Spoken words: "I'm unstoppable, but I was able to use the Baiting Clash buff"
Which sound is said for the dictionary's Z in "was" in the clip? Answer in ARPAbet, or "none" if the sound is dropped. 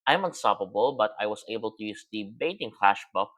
S